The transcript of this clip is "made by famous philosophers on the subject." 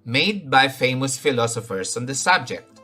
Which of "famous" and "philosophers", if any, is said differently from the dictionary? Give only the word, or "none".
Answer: philosophers